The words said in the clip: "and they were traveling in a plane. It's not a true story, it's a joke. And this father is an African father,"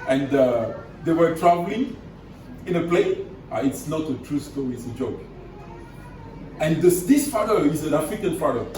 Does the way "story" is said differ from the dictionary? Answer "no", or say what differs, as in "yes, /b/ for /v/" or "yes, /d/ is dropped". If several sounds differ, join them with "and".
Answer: yes, /ɹ/ is dropped